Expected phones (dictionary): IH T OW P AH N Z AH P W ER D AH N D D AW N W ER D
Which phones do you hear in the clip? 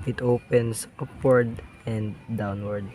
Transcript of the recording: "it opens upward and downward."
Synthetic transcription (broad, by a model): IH T OW P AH N S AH P W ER D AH N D D AW N W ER D